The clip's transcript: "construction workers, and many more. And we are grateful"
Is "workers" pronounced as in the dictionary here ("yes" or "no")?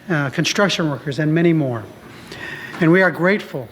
yes